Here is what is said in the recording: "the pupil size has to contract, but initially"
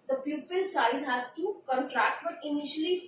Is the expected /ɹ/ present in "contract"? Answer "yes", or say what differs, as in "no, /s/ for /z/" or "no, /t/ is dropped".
yes